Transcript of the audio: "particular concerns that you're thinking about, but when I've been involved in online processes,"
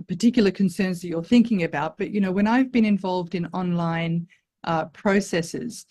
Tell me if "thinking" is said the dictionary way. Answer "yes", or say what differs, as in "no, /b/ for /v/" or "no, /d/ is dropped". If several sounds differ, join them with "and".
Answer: yes